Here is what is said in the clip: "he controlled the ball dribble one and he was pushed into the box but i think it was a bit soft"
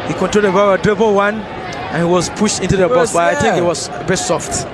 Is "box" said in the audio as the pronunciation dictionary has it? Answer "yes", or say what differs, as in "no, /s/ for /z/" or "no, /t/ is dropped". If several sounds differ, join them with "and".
no, /k/ is dropped